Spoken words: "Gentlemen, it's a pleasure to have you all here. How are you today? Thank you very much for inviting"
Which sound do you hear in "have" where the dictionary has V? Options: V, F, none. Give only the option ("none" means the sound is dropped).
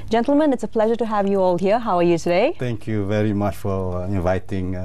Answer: V